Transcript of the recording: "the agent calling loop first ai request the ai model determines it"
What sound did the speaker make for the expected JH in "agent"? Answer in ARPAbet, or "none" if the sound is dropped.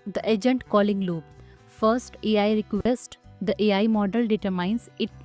JH